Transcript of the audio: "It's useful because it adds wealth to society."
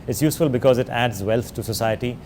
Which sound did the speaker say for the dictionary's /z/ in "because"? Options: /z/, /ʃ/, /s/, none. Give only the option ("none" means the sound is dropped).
/z/